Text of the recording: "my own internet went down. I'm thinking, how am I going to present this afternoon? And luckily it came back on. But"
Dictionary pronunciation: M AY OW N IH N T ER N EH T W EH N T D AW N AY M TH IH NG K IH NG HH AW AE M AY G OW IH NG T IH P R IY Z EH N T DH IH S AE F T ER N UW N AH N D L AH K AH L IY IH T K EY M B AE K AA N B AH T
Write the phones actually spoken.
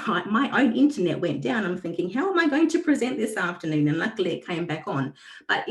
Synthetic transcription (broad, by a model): M AY OW N IH N T ER N EH T W EH N D AW N AY M TH IH NG K IH NG HH AW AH M AY G OW IH NG T IH P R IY Z EH N DH IH S AE F T ER N UW N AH N L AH K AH L IY IH T K EY M B AE K N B AH T